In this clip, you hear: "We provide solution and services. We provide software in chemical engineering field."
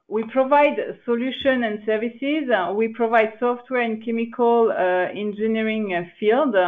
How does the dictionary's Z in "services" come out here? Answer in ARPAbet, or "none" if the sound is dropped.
Z